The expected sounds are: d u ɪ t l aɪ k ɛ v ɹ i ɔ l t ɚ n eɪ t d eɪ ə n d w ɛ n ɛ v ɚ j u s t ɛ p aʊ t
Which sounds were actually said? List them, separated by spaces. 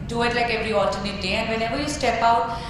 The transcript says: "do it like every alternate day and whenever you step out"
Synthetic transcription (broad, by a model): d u ɪ t l aɪ k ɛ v ɹ i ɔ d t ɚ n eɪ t d eɪ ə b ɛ l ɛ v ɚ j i s t ɛ p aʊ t